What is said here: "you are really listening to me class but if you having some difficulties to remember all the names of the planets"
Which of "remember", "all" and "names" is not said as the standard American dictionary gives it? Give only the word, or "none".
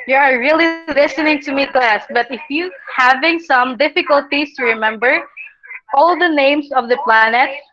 names